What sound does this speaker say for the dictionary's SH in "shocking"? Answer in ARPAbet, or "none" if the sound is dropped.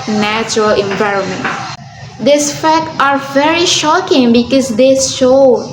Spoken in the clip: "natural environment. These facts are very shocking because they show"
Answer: SH